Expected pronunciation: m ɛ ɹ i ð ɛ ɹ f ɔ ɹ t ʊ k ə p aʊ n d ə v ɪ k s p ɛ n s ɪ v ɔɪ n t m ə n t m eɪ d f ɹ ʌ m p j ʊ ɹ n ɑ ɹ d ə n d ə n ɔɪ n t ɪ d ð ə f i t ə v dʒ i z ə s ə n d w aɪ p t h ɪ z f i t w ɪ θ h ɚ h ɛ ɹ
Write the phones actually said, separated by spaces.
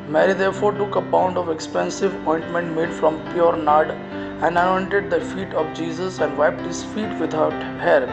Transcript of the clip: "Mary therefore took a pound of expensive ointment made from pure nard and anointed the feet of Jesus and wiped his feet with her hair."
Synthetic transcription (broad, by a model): m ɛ ɹ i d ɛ ɹ f ɔ ɹ t ʊ k ə b aʊ n d ə v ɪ k s p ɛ n s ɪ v ɔɪ n t m ə n t m eɪ d f ɹ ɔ m p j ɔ ɹ n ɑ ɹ d ə n d ə n ɔɪ n t ɪ d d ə f i t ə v dʒ i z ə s ə n d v aɪ p t h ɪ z f i t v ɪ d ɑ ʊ h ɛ ɹ